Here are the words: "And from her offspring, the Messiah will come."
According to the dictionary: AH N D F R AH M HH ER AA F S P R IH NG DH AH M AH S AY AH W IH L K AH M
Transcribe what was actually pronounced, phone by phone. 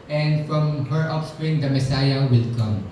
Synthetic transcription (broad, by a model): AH N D F R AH M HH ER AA P S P R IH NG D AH M AH S AY AH W IH L K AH M